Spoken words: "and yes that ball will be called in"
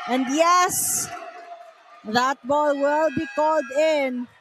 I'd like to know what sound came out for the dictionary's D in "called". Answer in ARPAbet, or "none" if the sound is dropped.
D